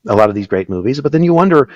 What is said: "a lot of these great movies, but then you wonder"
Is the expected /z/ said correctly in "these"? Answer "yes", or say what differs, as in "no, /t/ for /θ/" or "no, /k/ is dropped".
yes